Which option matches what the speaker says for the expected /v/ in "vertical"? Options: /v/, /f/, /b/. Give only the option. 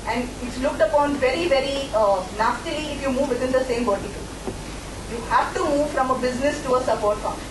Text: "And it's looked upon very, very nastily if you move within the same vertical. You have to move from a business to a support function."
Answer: /b/